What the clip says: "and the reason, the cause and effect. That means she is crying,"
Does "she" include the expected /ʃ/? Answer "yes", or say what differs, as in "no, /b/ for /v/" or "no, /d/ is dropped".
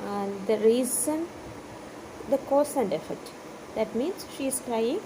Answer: yes